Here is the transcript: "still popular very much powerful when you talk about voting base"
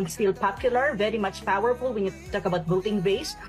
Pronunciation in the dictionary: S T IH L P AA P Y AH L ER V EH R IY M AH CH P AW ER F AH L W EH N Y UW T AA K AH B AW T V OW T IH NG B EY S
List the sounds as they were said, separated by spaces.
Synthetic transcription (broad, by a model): S T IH L P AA P Y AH L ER V EH R IY M AH CH P AW ER F AH L W EH N Y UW T AA K AH B AW T B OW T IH NG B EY S